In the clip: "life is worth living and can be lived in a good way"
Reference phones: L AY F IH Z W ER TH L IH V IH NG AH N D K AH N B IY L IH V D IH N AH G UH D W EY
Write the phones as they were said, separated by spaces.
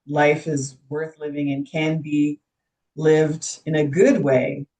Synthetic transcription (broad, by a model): L AY F IH Z W ER TH L IH V IH NG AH N K AH N B IY L IH V D IH N AH G UH D W EY